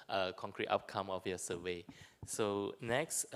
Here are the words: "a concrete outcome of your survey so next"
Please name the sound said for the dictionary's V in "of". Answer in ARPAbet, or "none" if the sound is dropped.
F